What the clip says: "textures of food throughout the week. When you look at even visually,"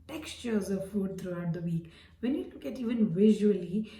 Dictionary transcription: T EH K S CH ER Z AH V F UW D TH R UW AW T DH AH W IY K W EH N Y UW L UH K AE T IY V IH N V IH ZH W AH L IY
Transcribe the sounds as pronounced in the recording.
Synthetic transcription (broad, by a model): T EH K S CH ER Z AH V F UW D T R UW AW T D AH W IY K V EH N Y UW L UH K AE T IY V IH N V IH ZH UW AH L IY